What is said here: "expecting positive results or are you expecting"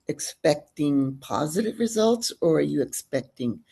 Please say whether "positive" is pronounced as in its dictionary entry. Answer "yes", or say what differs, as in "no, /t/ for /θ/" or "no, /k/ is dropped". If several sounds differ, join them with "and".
yes